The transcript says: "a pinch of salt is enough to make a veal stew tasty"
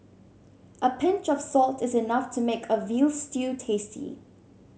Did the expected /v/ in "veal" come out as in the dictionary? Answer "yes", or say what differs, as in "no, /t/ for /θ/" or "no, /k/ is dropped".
yes